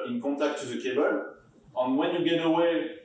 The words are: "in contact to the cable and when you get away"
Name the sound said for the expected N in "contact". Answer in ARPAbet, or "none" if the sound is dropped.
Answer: none